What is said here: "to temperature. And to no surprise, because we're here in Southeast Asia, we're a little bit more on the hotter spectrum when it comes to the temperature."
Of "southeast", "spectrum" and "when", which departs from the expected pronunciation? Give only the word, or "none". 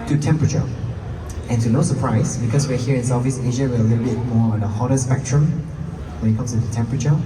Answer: southeast